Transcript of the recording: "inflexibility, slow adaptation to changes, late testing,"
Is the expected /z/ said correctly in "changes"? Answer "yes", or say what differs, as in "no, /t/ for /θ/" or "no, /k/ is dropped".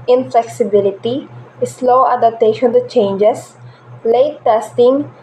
no, /s/ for /z/